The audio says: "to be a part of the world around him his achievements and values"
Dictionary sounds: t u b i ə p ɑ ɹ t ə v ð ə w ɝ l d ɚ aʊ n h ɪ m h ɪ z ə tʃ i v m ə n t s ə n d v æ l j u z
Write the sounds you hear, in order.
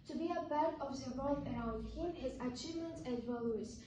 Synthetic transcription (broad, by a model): t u b i ə b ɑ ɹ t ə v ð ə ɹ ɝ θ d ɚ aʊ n h ɪ m h ɪ z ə tʃ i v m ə n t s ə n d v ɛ l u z